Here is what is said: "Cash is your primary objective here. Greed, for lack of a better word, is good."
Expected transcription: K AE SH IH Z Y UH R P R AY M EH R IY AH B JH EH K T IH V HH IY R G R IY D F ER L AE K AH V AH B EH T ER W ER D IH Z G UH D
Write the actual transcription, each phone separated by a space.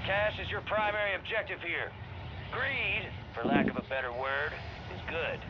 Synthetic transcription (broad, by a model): K AE SH IH Z Y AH R P R AY M EH R IY AH B JH EH K T IH V HH IY R G R IY D F ER L AE K AH V AH B EH T ER W ER D IH Z G UH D